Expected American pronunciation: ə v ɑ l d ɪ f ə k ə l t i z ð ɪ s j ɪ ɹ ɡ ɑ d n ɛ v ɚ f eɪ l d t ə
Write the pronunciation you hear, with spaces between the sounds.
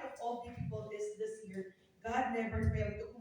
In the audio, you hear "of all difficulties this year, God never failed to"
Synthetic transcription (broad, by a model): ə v ɑ l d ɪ p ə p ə l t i s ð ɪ s j ɪ ɹ ɡ ɑ d n ɛ v ɚ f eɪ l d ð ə